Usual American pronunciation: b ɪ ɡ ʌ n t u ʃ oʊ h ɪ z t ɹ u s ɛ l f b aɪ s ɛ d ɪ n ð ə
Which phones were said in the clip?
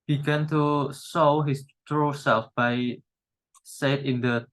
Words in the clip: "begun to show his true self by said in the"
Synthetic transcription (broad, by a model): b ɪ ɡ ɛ n t u s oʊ h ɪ s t ɹ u s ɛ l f b aɪ s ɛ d ɪ n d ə